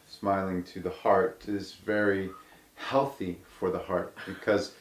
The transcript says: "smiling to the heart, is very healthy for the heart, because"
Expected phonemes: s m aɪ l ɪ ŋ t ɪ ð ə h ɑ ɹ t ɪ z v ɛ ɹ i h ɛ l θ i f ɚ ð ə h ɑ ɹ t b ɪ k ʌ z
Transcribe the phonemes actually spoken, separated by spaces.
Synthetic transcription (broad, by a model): s m aɪ l ɪ ŋ t ɪ ð ə h ɑ ɹ t ɪ z v ɛ ɹ i h ɛ l θ i f ɚ ð ə h ɑ ɹ t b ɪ k ʌ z